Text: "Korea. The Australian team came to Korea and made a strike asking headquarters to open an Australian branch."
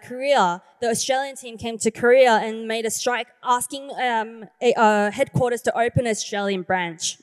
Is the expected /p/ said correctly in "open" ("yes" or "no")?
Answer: no